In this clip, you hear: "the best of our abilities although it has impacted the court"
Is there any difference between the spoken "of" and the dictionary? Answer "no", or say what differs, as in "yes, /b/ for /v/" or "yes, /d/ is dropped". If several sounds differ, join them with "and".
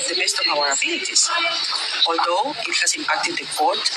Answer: yes, /b/ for /v/